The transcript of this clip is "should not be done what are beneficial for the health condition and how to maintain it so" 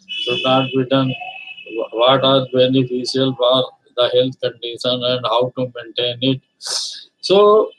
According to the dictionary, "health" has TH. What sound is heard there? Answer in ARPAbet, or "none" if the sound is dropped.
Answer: T